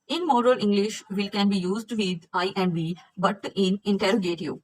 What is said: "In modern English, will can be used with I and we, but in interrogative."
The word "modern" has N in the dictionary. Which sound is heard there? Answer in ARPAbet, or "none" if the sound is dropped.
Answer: L